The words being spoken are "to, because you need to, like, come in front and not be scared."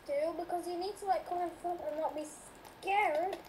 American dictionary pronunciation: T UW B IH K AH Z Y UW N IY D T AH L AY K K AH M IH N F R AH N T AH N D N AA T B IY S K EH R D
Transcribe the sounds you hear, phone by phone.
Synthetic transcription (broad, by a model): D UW B IH K AH Z Y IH N IY D T AH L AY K K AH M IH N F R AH T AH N N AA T B IY S K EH R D